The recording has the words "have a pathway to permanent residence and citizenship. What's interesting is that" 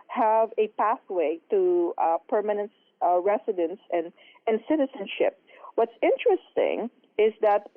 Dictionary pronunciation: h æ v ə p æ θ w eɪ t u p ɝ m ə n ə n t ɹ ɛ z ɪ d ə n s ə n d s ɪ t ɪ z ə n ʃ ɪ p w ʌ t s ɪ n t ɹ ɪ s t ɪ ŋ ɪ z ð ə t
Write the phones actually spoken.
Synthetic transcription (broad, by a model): h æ v ə p æ θ w eɪ t u p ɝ m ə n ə n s ɹ ɛ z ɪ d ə n s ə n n s ɪ t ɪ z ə n ʃ ɪ p w ʌ t s ɪ n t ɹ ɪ s t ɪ ŋ ɪ z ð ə t